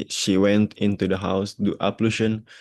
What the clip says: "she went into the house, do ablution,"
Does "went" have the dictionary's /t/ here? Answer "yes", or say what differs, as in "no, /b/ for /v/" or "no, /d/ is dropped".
yes